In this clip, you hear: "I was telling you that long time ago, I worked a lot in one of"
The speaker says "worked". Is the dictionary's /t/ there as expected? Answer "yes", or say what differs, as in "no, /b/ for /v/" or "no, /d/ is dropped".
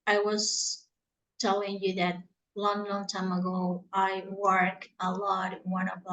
no, /t/ is dropped